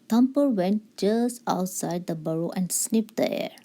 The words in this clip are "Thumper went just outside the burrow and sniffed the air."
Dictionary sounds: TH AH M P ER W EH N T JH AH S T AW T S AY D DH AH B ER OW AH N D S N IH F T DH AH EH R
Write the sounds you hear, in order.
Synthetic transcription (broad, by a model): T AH M P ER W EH N T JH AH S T AW T S AY D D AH B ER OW AH N D S N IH P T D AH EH R